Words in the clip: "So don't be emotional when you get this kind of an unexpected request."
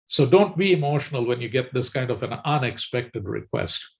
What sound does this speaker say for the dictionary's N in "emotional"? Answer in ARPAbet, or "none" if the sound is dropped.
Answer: N